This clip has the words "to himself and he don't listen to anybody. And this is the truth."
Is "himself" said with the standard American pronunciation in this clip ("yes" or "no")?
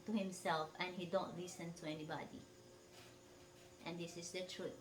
yes